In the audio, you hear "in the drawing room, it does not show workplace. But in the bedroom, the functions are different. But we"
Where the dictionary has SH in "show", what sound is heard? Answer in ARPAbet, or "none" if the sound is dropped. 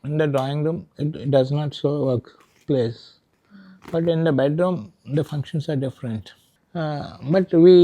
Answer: S